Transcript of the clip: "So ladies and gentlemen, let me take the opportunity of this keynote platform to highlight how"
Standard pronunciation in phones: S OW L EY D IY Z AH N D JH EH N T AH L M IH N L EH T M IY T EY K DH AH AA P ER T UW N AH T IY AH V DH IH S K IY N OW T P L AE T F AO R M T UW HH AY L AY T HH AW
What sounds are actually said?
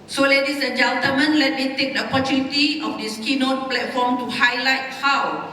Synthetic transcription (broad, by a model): S OW L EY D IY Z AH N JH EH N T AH M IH N L EH T M IY T EY K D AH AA P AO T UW N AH T IY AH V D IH S K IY N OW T P L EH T F AO M T UW HH AY L AY T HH AW